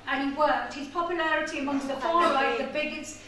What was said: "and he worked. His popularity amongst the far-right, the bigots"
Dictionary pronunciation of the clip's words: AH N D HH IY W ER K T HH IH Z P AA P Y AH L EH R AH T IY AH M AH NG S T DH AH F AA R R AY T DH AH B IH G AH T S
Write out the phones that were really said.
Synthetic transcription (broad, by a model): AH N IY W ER T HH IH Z P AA P Y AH L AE R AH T IY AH M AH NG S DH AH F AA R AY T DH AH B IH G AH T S